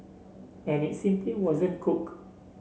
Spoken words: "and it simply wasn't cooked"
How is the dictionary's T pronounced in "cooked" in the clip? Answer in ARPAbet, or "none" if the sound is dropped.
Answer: none